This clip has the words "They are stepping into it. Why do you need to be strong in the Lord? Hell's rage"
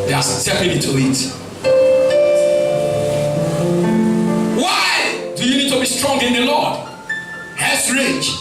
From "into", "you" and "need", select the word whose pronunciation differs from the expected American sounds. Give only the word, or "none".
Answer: into